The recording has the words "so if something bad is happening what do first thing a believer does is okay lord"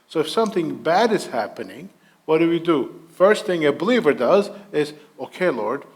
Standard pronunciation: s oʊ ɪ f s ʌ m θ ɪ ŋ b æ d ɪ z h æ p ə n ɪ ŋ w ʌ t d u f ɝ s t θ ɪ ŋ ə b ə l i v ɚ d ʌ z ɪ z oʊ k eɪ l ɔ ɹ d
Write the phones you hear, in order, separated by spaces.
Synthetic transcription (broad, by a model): s oʊ ɪ f s ʌ m θ ɪ ŋ b æ d ɪ z h æ p ə n ɪ ŋ w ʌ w d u f ɝ s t θ ɪ ŋ ə b ə l i v ɚ d ʌ z ɪ z oʊ k eɪ l ɔ ɹ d